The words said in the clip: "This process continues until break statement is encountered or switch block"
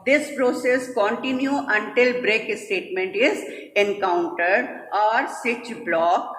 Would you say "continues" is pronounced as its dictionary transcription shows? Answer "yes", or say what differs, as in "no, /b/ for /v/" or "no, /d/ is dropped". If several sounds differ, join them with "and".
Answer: no, /z/ is dropped